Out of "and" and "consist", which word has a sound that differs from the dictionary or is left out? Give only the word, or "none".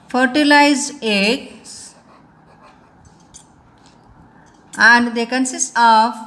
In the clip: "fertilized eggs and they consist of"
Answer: consist